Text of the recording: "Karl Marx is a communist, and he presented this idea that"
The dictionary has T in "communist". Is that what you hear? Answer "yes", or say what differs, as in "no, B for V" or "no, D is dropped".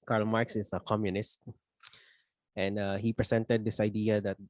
yes